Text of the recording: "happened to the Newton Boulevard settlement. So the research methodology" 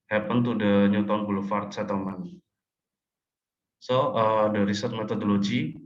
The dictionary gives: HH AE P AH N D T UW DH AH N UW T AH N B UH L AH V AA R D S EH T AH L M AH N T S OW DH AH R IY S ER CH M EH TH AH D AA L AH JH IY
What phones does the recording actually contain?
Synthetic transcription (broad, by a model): HH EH P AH N T UW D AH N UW T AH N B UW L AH F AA R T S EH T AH M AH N S OW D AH R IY S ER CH M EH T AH D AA L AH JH IY